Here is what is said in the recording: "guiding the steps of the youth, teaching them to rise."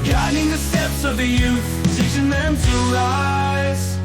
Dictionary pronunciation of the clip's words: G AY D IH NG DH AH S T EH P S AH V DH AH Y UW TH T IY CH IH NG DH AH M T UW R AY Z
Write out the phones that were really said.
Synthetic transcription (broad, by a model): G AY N IH NG DH AH S T EH P S AH V DH AH Y UW TH S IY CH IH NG DH AH M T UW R AY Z